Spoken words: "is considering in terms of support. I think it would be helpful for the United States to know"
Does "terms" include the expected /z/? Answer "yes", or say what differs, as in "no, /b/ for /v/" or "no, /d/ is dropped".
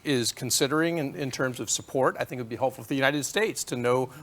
yes